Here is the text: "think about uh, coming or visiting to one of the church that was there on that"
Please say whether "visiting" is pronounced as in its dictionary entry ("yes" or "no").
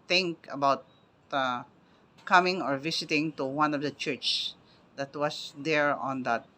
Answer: no